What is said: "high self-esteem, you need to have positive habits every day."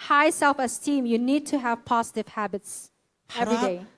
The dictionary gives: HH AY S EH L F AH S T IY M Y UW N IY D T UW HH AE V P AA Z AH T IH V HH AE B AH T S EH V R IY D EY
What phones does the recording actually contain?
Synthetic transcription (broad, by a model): HH AY S EH L F AH S T IY M Y UW N IY D T UW HH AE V P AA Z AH T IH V HH AE B AH T S EH V R IY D EY